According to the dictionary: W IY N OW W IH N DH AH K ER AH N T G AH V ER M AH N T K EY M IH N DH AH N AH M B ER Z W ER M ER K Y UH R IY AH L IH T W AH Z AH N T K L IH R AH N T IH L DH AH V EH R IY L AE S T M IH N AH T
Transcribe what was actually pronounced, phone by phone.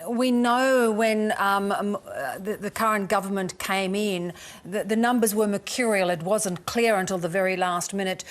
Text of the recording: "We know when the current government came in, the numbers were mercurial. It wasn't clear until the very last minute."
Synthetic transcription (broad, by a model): W IY N OW W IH N DH AH K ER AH N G AH V ER M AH N K EY M IH N DH AH N AH M B ER Z W ER M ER K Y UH R IY L IH T W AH Z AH N K L IH R AH N T IH L DH AH V EH R IY L AE S T M IH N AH T